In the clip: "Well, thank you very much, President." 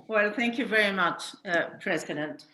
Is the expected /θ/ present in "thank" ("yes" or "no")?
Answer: yes